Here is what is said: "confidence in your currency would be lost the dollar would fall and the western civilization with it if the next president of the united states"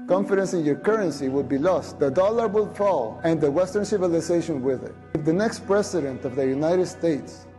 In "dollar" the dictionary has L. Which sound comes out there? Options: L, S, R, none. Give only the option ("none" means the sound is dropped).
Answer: L